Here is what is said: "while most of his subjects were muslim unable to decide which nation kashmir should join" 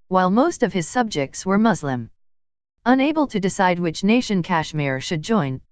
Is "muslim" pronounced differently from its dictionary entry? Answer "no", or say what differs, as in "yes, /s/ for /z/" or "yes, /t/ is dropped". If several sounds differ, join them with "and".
no